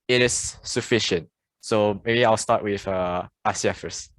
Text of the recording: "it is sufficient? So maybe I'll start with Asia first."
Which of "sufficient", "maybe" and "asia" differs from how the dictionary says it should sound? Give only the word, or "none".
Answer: asia